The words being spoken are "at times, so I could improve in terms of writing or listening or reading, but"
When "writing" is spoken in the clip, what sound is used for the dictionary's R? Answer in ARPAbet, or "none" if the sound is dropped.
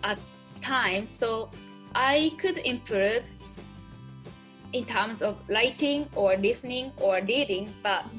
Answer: L